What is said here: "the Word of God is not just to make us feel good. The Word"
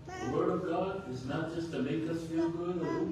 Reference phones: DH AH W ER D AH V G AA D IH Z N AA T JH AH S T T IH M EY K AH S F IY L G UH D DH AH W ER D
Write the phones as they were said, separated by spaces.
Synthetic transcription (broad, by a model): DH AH W ER D AH V G AA D IH Z N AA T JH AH S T T IH M EY K AH S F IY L G UH D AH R